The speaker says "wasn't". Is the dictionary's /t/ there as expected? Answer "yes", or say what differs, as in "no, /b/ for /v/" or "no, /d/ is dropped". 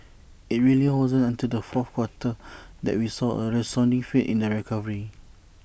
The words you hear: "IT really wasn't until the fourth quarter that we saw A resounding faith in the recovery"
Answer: no, /t/ is dropped